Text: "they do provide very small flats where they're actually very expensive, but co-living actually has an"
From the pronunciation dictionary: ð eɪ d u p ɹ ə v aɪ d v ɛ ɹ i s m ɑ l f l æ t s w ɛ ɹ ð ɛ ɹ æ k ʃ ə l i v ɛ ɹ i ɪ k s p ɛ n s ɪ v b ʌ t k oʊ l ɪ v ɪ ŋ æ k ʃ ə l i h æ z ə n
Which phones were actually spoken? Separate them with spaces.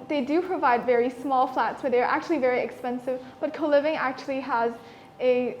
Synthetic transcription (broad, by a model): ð eɪ d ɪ p ɹ ə v aɪ d v ɛ ɹ i s m ɑ l f l æ t s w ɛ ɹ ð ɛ ɹ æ k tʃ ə l i v ɛ ɹ i ɪ k s p ɛ n s ɪ v b ʌ t k oʊ l ɪ v ɪ ŋ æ k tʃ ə l i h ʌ z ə